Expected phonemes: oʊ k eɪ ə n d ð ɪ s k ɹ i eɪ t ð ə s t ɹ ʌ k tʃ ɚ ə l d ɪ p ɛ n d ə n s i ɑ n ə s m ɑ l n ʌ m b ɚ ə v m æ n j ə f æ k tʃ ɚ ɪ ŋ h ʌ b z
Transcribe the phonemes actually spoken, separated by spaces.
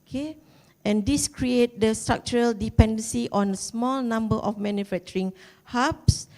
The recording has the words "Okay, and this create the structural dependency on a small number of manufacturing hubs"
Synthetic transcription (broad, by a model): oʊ k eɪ ə n d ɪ s k ɹ i eɪ t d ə s t ɹ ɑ k tʃ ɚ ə l d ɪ p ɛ n d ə n s i ɑ n ə s m ɑ l n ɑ m b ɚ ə f m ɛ n j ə f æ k tʃ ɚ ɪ ŋ h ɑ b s